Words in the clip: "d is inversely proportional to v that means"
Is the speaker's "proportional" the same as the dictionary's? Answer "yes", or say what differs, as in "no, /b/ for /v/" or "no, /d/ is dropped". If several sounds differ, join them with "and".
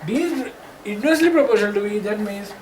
no, /n/ is dropped